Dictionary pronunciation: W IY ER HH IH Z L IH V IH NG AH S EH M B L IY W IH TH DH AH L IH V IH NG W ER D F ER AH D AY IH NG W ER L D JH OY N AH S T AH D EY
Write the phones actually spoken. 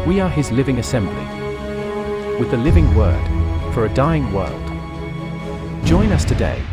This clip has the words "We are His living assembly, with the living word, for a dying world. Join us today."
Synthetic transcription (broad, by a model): W IY ER IH Z L IH V IH NG AH S EH M B L IY W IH DH AH L IH V IH NG W ER D F ER AH D AY IH NG W ER L D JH OY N AH S T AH D EY